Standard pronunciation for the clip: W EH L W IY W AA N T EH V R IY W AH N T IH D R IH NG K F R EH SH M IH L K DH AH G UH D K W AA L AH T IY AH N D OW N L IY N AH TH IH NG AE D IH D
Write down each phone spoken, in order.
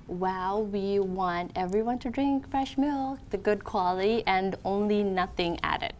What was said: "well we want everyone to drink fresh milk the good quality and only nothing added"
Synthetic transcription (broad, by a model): W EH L W IY W AA N T EH V R IY W AH N T IH D R IH NG K F R EH SH M IH L K DH AH G UH D K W AA L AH T IY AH N OW N L IY N AH TH IH NG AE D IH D